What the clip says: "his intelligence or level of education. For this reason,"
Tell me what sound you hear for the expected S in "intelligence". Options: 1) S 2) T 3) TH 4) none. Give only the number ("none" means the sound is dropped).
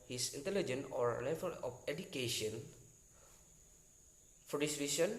4